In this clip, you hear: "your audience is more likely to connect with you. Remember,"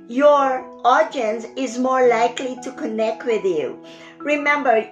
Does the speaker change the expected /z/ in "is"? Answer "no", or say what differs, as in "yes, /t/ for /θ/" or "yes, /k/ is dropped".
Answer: no